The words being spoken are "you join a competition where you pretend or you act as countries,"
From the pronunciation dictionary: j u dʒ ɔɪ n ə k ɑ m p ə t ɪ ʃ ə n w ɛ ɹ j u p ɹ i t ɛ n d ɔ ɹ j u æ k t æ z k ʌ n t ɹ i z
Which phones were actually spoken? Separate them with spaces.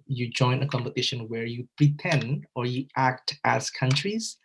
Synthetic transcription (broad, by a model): j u dʒ ɔɪ n ə k ɑ m p ə t ɪ ʃ ə n w ɛ ɹ j u p ɹ i t ɛ n d ɔ ɹ j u æ k t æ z k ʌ n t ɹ i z